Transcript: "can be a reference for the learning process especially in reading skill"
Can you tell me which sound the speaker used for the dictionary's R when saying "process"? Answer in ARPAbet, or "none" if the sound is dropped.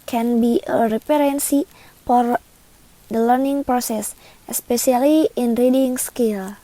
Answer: R